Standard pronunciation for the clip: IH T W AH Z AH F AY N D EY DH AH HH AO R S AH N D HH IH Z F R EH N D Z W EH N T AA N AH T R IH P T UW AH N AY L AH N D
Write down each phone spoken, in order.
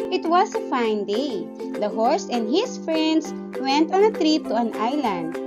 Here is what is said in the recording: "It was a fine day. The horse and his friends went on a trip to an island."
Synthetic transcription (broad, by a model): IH T W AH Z AH F AY N D EY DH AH HH AO R S AH N D HH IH S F R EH N D S W EH N T AA N AH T R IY T UW AH N AY L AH N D